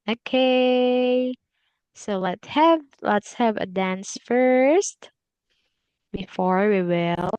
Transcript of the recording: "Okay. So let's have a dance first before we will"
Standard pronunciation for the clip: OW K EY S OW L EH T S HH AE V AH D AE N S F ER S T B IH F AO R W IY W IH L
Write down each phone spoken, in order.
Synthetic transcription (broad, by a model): OW K EY S OW L EH T S HH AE V AH D AE N S F ER S T B IH F AO R W IY W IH L